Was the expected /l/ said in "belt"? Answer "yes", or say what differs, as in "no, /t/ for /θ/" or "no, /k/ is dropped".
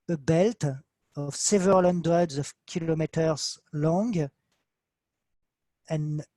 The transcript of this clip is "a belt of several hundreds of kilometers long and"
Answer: yes